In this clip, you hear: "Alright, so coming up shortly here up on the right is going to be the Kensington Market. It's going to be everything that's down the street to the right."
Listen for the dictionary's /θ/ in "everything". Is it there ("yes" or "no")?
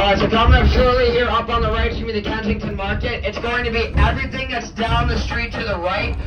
yes